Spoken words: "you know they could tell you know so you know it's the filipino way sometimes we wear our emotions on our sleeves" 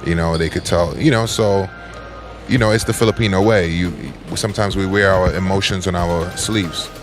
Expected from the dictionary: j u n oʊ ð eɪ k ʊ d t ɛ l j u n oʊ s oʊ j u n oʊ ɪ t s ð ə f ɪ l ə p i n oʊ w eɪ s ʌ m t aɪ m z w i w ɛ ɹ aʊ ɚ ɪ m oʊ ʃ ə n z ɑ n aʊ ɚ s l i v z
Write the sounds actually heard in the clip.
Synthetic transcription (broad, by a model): j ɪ n oʊ ð eɪ k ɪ d t ɛ l j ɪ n oʊ s oʊ j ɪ n oʊ ɪ t s ð ə f ɪ l ə p i n oʊ w eɪ s ʌ m t aɪ m z w i w ɛ ɹ aʊ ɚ ɪ m oʊ ʃ ə n z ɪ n aʊ ɚ s l i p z